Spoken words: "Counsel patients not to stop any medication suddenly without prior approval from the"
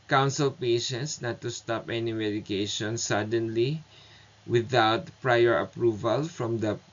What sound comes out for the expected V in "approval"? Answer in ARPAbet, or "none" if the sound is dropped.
V